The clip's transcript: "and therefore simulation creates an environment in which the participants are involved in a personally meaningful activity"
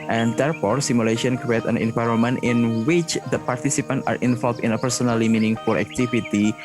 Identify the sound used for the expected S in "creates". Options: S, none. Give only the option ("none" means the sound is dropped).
none